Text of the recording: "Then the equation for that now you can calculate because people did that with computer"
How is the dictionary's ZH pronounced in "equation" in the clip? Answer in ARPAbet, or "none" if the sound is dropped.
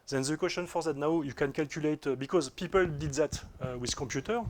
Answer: S